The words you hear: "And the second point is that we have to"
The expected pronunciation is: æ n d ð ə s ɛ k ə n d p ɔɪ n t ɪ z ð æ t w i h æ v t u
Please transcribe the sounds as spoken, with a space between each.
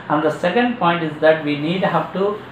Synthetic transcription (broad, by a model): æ n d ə s ɛ k ə n d p ɔɪ n t ɪ z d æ t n i h æ v t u